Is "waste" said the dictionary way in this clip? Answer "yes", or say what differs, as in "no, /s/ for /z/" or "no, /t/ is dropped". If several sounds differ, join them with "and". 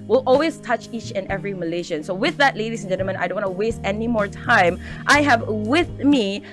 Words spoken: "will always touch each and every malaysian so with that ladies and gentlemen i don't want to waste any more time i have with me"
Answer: yes